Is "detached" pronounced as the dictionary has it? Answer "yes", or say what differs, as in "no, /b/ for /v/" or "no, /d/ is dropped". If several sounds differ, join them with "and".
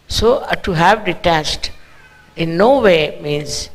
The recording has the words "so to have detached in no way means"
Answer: no, /s/ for /tʃ/